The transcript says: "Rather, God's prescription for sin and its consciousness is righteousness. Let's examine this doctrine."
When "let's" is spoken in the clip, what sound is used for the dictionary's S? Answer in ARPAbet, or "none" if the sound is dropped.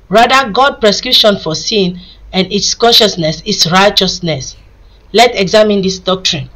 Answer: none